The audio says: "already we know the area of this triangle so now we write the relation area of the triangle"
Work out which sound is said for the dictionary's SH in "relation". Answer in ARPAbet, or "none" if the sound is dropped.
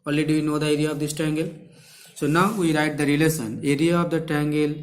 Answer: S